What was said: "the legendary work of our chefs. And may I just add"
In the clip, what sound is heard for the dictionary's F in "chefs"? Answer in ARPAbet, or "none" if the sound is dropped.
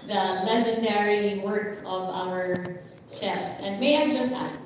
F